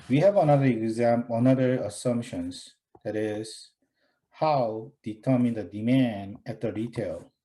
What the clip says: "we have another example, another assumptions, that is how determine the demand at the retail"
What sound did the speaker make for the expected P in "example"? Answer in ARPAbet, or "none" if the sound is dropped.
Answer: none